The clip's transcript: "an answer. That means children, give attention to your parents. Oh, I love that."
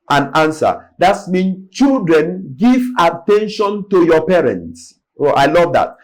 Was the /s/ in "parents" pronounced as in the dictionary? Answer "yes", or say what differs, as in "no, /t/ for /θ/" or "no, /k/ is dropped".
yes